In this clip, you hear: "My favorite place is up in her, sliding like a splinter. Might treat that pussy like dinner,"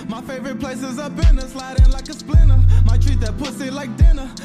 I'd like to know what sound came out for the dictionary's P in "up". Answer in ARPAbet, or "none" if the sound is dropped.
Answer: B